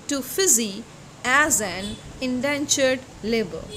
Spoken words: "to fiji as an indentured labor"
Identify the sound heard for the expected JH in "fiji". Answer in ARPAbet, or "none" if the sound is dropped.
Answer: Z